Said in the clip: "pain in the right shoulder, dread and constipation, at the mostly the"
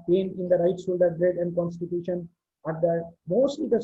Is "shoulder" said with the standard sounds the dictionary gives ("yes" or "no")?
no